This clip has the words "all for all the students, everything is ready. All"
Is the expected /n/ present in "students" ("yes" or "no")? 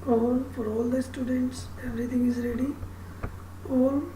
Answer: yes